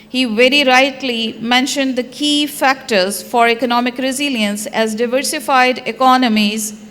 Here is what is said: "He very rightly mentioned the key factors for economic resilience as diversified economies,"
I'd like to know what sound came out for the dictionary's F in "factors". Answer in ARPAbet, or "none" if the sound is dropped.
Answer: F